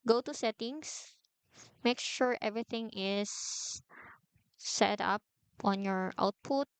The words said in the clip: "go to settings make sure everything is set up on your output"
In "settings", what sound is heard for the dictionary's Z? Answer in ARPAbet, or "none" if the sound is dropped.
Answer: S